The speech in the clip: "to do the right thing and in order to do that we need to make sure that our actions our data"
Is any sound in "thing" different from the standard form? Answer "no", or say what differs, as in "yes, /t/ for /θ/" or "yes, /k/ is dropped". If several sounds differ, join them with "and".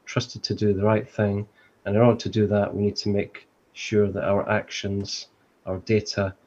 no